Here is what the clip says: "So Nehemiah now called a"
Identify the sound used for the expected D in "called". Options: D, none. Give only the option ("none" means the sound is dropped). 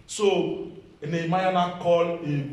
none